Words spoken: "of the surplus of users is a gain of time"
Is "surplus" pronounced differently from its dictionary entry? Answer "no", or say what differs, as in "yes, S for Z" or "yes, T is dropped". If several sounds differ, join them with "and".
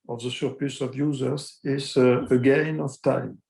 yes, L is dropped